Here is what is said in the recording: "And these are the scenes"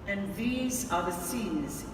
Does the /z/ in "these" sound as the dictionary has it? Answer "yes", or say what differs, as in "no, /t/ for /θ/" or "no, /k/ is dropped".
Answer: yes